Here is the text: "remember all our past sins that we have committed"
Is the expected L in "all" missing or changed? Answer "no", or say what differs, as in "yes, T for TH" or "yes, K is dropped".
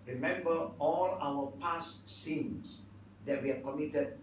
no